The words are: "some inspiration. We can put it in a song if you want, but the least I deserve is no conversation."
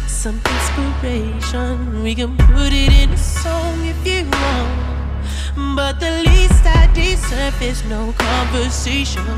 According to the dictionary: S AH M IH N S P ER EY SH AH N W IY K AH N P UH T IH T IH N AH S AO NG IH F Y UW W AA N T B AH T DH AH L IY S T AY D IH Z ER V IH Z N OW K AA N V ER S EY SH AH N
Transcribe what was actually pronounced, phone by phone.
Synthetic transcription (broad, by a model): S AH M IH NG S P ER EY SH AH N W IY K AH N P UH T IH T IH N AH S AO NG IH F Y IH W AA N B AH T DH AH L IY S T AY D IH S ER F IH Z N OW K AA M V ER S EY SH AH N